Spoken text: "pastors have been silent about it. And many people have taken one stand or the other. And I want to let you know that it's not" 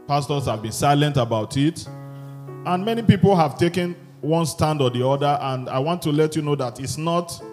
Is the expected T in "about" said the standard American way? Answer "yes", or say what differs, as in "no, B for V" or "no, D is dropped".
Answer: yes